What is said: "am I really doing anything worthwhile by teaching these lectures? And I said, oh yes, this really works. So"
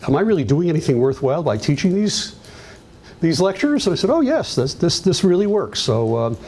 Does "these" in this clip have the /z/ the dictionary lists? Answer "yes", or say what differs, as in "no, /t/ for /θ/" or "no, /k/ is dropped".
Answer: yes